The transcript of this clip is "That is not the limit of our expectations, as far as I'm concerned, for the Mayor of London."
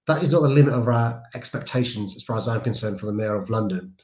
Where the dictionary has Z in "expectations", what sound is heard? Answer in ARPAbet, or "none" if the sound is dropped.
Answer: Z